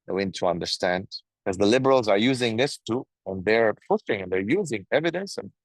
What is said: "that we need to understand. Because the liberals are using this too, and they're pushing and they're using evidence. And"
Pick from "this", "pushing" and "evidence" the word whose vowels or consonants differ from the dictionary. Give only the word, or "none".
pushing